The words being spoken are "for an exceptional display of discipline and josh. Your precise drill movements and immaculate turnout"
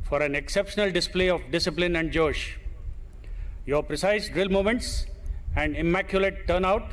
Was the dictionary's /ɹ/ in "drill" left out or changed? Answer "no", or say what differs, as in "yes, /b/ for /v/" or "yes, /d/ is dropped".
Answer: no